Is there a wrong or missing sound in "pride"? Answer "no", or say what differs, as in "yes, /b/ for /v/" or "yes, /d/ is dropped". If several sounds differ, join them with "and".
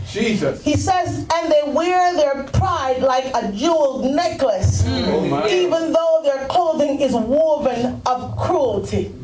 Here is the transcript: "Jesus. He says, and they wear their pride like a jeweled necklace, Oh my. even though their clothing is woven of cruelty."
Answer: no